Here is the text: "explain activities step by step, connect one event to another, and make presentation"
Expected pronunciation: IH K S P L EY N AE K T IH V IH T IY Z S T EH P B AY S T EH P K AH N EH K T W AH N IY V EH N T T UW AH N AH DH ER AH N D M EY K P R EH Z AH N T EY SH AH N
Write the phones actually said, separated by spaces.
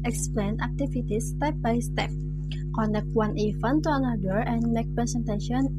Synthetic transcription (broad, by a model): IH K S P L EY N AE K T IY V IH T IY S T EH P B AY S T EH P K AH N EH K W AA N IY F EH N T T UW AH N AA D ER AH N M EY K P R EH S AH N T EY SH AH N